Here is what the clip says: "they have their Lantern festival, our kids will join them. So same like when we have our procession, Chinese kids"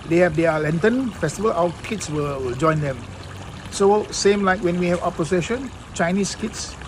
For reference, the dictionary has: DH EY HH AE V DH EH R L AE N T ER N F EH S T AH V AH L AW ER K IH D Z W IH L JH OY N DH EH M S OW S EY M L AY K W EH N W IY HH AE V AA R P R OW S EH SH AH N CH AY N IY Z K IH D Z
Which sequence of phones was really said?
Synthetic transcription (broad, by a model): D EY HH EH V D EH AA L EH N T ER N F EH S T AH V AH L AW K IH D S W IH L JH OY N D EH M S OW S EY M L AY K W EH N W IY HH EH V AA P OW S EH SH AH N CH AY N IY S K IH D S